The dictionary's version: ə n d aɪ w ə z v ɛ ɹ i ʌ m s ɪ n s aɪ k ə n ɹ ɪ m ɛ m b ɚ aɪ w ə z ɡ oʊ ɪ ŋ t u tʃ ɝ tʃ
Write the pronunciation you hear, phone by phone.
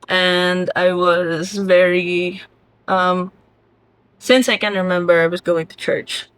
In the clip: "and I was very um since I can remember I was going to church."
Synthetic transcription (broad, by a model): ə n d aɪ w ə z v ɛ ɹ i ʌ m s ɪ n s aɪ k ə n ɹ ɪ m ɛ m b ɚ aɪ w ə z ɡ oʊ ɪ ŋ t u tʃ ɝ tʃ